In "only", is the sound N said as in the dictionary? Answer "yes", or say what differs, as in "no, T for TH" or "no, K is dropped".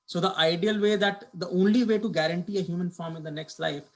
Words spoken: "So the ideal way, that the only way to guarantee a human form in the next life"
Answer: yes